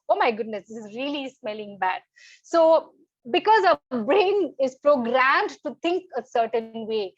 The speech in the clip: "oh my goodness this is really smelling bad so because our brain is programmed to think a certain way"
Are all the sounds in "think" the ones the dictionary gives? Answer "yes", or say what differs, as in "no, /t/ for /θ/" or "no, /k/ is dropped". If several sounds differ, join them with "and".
no, /t/ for /θ/